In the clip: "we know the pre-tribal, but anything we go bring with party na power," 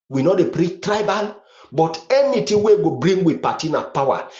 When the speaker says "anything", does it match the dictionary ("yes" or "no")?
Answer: no